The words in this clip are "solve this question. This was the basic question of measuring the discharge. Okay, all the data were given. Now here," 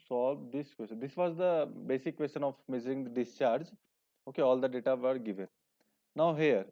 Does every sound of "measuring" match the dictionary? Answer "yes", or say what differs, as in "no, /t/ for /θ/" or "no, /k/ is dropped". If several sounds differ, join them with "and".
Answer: no, /z/ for /ʒ/